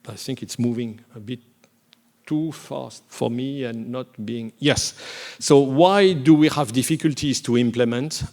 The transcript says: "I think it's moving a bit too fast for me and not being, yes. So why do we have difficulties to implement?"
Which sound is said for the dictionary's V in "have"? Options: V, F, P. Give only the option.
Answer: V